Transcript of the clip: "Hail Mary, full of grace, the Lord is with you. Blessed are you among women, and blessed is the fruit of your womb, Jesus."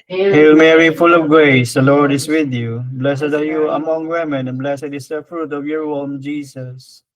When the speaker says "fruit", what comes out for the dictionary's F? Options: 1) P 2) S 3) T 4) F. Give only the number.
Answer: 4